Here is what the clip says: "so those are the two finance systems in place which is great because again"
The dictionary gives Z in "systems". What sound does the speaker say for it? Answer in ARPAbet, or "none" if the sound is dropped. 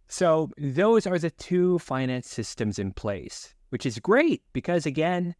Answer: Z